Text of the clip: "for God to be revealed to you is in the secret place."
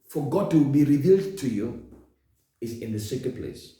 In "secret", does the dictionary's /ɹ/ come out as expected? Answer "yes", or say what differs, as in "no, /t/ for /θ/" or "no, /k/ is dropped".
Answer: no, /ɹ/ is dropped